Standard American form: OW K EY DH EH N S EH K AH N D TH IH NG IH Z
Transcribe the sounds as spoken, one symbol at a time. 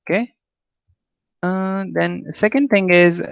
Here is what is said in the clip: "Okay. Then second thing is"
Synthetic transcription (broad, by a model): K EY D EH N S EH K AH N D T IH NG IH Z